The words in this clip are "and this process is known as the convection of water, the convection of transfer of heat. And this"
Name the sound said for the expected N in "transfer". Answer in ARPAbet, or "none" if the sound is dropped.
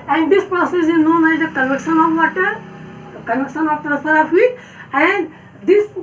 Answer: none